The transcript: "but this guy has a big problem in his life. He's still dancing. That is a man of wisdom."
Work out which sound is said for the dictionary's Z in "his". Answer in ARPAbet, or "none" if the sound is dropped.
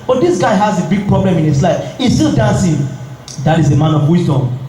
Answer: S